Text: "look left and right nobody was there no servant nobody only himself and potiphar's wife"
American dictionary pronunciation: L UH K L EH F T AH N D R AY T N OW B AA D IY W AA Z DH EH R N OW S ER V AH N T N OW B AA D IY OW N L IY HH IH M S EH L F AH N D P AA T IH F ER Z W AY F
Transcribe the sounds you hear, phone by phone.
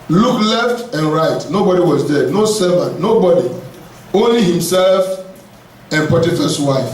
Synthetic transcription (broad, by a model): L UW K L EH F T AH N R AY T N OW B AA D IY W AA Z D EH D N OW S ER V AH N N OW B AA D IY OW N L IY HH IH M S EH L F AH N P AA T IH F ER S W AY F